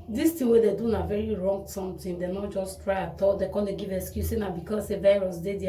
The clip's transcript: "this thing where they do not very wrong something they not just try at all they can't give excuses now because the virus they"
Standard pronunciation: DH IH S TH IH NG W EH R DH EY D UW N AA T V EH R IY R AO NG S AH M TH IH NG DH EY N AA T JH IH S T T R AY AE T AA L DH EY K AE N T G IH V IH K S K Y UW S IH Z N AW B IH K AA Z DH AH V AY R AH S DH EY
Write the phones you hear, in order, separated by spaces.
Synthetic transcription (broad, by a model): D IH S T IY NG W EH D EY D UW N AA V EH R IY R AO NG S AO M T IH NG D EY N AA T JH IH S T T R AY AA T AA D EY K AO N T G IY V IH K S K Y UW S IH N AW B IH K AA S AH V AY R AH S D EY